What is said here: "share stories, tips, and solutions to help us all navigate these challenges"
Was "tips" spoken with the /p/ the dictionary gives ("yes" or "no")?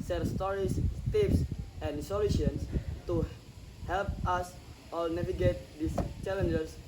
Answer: no